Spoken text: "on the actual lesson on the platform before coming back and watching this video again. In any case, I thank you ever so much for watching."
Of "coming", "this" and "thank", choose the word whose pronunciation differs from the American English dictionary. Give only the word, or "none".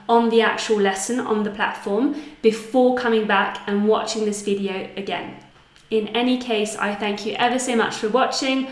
none